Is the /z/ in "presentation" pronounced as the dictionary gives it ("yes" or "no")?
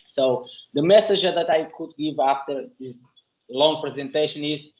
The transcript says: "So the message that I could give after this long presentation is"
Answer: yes